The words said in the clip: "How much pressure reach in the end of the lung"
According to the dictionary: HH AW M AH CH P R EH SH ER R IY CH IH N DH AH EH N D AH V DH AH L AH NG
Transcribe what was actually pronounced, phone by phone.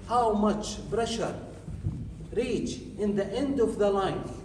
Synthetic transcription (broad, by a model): HH AW M AH CH B R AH SH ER R IY CH IH N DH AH EH N D AH V DH AH L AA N